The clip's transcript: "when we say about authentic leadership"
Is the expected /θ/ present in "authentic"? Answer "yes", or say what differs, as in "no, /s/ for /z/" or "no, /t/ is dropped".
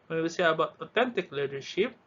no, /t/ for /θ/